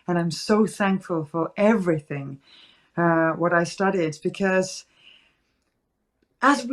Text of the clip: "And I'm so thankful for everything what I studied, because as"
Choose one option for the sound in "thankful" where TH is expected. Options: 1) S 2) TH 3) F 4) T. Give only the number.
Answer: 2